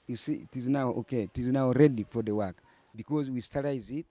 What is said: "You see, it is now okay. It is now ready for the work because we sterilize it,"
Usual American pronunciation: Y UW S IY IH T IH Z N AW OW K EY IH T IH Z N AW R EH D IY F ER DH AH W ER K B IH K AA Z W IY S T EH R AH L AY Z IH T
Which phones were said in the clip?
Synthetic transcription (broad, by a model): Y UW S IY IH T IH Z N AW OW K EY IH T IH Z N AW R EH D IY F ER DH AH W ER K B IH K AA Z W IY S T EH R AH IH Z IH T